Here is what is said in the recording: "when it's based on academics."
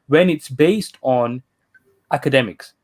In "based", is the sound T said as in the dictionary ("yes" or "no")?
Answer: yes